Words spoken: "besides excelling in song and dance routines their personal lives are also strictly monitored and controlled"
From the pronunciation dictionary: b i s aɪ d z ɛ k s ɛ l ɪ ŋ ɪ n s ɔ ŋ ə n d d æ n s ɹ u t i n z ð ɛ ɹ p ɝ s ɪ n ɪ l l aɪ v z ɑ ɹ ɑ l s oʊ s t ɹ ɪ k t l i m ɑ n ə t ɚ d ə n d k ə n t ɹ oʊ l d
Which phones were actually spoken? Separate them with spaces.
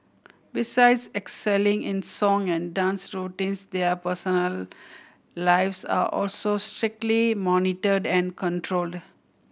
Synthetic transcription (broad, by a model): b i s aɪ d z ɛ k s ɛ l ɪ ŋ ɪ n s ɔ ŋ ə n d d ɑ n s ɹ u t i n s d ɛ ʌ p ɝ s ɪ n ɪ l l aɪ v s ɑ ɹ ɑ l s oʊ s t ɹ ɪ k t l i m ɑ n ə t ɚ d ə n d k ə n t ɹ oʊ l d